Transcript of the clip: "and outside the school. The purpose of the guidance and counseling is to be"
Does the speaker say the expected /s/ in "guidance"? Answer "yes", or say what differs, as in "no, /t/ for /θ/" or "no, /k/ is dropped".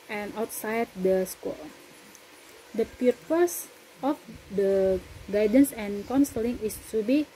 yes